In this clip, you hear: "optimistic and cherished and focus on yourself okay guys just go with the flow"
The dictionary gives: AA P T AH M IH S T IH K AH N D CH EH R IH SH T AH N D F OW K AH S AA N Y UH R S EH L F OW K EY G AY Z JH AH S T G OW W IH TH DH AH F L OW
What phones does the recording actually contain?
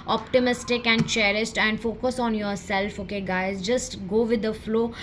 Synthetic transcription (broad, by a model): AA P T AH M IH S T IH K AH N D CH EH R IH S T AH N D F OW K AH S AA N Y UH R S EH L F OW K EY G AY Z JH AH S T G OW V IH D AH F L OW